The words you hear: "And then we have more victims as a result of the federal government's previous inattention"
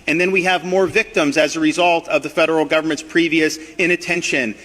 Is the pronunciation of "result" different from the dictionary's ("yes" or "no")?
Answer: no